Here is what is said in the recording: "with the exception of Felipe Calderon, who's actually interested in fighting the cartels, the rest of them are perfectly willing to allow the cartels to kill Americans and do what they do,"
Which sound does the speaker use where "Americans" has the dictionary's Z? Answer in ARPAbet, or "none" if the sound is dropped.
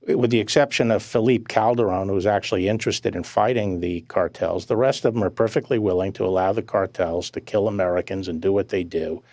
Z